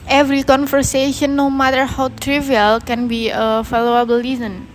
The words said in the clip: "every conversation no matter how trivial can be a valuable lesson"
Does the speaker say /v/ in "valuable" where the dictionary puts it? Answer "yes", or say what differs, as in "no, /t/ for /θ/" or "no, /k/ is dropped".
no, /f/ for /v/